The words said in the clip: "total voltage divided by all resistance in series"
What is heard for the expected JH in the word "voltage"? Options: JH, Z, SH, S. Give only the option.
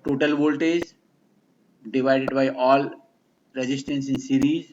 Z